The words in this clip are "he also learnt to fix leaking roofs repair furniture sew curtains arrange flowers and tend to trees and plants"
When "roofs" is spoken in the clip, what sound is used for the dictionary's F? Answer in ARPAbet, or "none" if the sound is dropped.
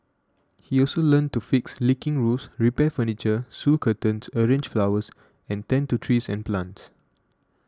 none